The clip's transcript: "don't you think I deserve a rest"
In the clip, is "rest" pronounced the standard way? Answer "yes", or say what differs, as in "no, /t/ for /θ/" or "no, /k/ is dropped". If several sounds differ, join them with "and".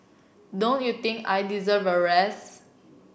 no, /t/ is dropped